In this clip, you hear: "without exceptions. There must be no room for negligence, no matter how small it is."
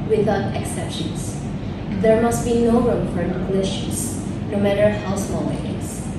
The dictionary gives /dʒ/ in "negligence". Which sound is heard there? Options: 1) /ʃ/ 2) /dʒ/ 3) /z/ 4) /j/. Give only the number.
1